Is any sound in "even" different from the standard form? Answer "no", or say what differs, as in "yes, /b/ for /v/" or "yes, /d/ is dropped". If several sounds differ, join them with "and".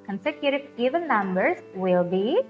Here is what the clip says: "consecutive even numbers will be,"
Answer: yes, /l/ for /n/